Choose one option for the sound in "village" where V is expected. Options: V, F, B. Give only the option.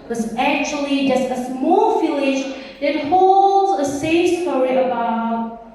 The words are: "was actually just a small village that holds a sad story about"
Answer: F